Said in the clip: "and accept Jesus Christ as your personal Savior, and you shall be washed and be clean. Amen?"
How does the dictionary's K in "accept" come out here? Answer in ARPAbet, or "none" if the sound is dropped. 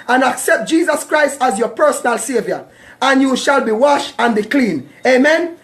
K